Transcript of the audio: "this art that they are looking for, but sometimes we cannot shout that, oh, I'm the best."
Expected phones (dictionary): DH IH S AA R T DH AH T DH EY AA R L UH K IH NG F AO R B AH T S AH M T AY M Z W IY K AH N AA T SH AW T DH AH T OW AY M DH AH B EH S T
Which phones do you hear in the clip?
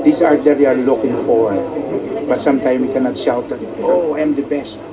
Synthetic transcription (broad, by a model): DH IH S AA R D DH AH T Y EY AA R L UH K IH NG F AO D B AH T S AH M T AY M W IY K AH N AA T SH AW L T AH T OW AY M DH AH B EH S T